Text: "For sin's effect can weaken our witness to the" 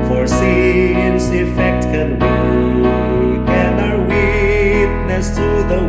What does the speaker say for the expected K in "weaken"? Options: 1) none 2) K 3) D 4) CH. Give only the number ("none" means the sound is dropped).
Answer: 1